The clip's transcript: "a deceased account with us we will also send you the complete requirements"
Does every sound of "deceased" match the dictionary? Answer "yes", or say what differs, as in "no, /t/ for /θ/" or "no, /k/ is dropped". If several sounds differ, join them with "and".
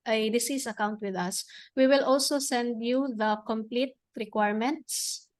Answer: no, /t/ is dropped